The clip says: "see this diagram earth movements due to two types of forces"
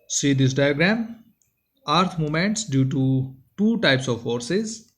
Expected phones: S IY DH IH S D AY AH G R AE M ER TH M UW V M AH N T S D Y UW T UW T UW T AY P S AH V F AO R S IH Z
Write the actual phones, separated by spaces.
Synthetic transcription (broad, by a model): S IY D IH S D AY AH G R AE M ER T M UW M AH N T S D Y UW T UW T UW T AY P S AH V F AO R S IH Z